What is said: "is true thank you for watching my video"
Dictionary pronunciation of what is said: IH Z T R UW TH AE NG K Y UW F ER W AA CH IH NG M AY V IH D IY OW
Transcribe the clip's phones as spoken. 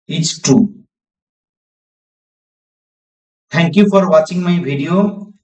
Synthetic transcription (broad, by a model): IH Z T UW T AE NG K Y UW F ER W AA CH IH NG M AY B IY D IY OW